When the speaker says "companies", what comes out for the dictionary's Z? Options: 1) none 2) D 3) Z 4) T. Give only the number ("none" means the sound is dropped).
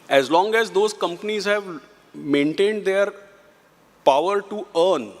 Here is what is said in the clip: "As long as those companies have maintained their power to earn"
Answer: 3